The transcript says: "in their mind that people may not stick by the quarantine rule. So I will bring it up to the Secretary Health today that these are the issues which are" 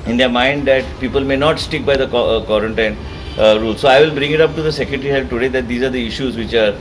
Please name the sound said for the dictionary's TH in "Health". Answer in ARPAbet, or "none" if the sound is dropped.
F